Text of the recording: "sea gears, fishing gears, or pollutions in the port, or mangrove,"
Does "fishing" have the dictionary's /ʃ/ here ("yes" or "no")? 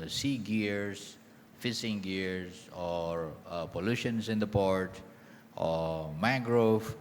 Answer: no